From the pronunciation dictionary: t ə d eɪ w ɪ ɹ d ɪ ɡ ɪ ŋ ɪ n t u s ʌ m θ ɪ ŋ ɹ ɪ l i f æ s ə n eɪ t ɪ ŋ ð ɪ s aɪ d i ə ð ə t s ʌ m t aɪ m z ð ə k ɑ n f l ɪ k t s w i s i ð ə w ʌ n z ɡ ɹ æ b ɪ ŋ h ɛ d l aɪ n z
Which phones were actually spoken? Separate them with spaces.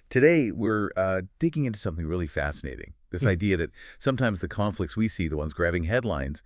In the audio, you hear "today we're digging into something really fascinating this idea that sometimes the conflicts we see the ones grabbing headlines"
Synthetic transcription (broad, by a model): t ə d eɪ w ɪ ɹ d ɪ ɡ ɪ ŋ ɪ n t u s ʌ m θ ɪ ŋ ɹ ɪ l i f æ s ə n eɪ t ɪ ŋ ð ɪ s aɪ d i ə ð ə t s ʌ m t aɪ m z ð ə k ɑ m f l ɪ k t s w i s i ð ə w ʌ n z ɡ ɹ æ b ɪ ŋ h ɛ d l aɪ n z